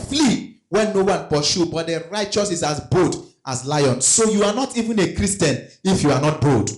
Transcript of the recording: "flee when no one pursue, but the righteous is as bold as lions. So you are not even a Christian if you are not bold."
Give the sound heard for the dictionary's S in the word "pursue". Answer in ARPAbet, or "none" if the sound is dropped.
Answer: SH